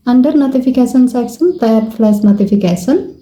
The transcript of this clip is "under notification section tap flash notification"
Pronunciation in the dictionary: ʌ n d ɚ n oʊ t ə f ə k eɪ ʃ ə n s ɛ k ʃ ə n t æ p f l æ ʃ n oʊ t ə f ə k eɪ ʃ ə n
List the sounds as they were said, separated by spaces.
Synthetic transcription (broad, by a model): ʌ n d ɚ n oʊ t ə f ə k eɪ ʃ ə n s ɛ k s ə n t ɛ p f l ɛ s n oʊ t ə f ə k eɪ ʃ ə n